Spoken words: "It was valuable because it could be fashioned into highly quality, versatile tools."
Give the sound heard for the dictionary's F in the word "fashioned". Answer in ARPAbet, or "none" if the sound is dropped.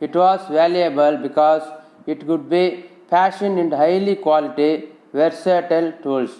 P